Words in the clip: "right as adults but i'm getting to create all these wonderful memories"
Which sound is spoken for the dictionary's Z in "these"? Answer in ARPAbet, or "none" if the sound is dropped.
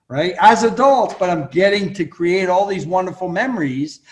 Z